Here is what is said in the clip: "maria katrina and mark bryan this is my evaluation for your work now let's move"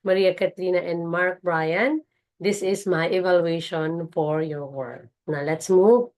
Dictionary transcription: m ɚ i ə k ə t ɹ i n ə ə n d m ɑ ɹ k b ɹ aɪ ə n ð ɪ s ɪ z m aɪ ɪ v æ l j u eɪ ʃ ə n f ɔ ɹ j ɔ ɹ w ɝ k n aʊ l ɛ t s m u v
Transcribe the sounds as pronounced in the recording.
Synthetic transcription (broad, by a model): m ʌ i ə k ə t l i n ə ə n d m ɑ ɹ k b ɹ aɪ ə n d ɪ s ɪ s m aɪ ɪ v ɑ l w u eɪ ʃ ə n f ɔ ɹ j ɔ ɹ w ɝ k n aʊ l ɛ t s m u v